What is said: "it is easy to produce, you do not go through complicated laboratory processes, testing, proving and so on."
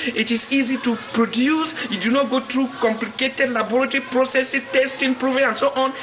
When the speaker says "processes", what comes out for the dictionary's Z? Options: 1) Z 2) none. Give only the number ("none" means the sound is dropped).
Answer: 2